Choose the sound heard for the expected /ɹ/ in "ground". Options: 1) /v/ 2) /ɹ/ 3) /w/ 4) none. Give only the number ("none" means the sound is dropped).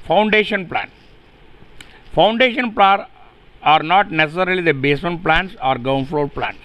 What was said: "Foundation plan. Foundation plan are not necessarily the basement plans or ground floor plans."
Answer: 4